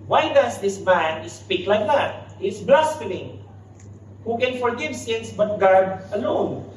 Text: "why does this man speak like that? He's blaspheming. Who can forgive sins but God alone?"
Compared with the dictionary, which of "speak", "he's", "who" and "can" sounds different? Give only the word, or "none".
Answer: he's